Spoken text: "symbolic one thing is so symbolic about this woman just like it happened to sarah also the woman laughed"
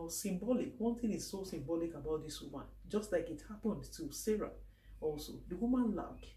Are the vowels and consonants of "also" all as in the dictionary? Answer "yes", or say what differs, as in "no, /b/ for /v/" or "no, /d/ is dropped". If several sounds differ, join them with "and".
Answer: yes